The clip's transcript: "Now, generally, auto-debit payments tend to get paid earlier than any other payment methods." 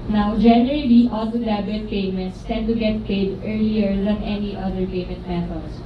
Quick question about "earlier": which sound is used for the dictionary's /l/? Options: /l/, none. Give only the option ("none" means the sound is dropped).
/l/